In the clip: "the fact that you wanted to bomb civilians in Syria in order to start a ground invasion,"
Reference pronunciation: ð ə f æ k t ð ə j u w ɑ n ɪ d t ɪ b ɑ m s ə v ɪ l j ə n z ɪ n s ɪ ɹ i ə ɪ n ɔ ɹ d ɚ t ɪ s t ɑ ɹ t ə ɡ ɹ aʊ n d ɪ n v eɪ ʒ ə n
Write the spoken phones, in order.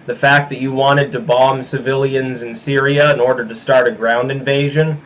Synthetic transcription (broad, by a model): ð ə f æ k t ð ə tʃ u w ɑ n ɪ d t ɪ b ɑ m s ə v ɪ l j ə n z ɪ n s ɪ ɹ i ə ɪ n ɔ ɹ d ɚ t ɪ s t ɑ ɹ t ə ɡ ɹ aʊ n d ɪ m v eɪ ʒ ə n